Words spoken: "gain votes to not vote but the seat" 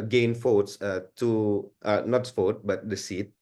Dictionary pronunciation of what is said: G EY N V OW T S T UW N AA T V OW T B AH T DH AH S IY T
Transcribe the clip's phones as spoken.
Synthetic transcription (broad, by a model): G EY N F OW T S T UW N AA T F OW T B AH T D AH S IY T